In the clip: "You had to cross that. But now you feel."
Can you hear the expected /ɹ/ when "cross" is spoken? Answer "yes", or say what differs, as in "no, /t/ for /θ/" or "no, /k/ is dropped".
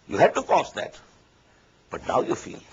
no, /ɹ/ is dropped